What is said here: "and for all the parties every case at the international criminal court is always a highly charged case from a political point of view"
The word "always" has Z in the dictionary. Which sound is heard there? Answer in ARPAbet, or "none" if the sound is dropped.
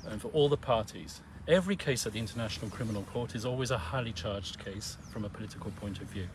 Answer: Z